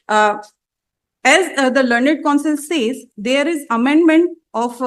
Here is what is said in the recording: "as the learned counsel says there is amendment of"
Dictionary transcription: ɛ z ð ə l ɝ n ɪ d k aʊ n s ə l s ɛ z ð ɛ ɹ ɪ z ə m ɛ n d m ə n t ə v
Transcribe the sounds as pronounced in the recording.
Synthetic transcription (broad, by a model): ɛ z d ə l ɝ n ɪ d k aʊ n s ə l s ɛ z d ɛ ɹ ɪ z ə m ɛ n d m ə n t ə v